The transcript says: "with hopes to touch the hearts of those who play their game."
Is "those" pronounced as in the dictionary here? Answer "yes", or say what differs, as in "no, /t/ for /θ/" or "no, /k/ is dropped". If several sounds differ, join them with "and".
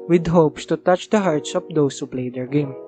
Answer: no, /s/ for /z/